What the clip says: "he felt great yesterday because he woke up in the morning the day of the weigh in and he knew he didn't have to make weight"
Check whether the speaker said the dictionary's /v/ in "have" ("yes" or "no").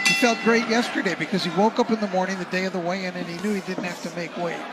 no